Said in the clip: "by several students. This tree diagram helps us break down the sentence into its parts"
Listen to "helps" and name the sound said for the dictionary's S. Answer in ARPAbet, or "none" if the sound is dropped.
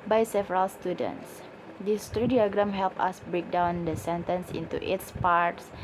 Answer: none